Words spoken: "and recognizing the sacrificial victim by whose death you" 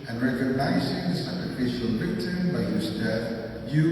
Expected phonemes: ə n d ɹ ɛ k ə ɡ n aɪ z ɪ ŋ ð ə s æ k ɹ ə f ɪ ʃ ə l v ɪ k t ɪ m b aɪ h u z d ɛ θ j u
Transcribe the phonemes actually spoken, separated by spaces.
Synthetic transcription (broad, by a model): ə n ɹ ɛ k ə ɡ n aɪ z ɪ ŋ ð ə s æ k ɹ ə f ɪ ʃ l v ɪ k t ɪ b aɪ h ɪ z d ɛ θ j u